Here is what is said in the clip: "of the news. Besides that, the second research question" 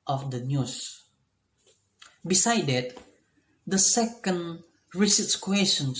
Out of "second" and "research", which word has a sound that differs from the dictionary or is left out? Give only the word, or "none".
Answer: research